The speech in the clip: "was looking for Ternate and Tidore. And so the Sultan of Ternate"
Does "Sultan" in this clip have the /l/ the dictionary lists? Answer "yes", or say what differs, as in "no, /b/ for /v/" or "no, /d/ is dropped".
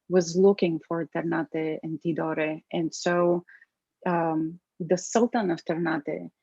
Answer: yes